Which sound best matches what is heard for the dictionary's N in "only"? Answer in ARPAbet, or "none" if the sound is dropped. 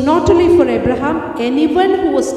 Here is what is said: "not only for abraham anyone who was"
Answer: none